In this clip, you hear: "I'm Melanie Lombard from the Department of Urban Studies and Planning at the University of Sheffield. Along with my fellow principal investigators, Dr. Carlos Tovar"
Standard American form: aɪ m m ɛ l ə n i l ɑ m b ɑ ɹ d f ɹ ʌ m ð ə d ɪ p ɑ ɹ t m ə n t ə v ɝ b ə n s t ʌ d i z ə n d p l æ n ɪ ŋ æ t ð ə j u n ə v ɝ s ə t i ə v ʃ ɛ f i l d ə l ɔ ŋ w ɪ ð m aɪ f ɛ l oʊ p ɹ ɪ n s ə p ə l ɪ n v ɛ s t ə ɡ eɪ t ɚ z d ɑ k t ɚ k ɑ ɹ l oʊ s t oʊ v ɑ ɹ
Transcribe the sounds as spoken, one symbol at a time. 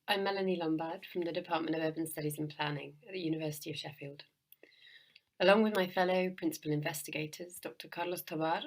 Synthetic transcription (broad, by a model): aɪ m m ɛ l ə n i l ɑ m b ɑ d f ɹ ʌ m ð ə d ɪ p ɑ t m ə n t ə v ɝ b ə n s t ʌ d i z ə n p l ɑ n ɪ ŋ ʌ t ð ə j u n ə v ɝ s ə t i ə v ʃ ɛ f i l d ə l ɔ ŋ w ɪ ð m aɪ f ɛ l oʊ p ɹ ɪ n s ə p ə l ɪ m v ɛ s t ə ɡ eɪ t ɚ z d ɑ k t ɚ k ɑ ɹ l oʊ s t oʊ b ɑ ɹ